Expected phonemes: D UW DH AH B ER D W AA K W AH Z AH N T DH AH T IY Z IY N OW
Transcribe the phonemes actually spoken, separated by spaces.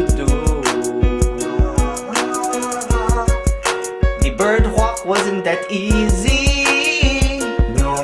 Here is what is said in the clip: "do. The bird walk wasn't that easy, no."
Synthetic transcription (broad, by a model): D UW DH AH B ER D W AA K W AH Z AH N DH AH T IY Z IY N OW